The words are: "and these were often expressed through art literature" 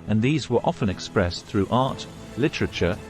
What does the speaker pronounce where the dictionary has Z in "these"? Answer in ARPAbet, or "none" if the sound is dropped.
Z